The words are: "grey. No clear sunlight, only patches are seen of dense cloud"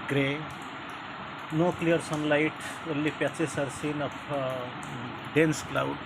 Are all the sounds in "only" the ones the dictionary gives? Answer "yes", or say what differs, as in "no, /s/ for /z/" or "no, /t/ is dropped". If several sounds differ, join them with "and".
no, /n/ is dropped